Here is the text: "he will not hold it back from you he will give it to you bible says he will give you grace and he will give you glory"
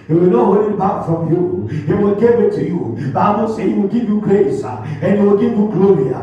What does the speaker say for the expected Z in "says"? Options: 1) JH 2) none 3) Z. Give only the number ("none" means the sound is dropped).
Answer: 2